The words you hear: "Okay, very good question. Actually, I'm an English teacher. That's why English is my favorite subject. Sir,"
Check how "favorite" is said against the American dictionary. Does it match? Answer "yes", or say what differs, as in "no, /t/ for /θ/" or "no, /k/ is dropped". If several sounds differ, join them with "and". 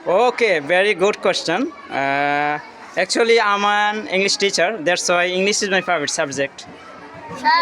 no, /p/ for /f/